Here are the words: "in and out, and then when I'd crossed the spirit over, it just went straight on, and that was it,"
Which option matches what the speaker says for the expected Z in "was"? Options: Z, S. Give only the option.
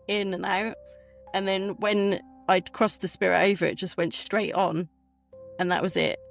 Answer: Z